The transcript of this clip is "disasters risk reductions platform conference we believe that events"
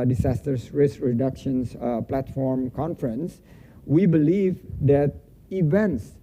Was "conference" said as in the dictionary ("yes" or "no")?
yes